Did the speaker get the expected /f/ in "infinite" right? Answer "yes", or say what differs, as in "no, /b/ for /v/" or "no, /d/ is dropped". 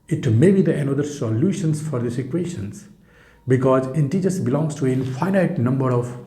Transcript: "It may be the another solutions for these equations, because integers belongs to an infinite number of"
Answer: no, /f/ is dropped